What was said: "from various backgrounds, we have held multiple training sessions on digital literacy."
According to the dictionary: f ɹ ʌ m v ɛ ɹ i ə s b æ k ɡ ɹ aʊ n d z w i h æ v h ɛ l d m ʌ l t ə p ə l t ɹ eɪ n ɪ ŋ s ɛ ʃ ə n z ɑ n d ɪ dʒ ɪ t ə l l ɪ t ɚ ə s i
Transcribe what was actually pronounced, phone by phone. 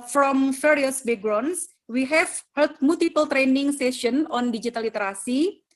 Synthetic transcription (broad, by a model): f ɹ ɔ m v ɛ ɹ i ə s b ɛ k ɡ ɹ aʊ n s w i h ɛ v h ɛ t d m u l t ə p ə l t ɹ eɪ n ɪ ŋ s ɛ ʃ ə n ɑ n d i dʒ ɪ t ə l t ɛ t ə s i